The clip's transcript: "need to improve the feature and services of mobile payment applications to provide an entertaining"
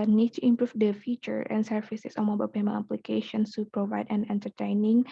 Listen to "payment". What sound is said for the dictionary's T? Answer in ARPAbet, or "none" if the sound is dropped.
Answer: none